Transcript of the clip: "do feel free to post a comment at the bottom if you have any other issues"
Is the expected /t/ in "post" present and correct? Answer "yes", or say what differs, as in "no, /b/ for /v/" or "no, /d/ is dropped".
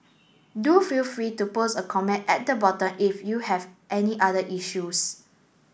no, /t/ is dropped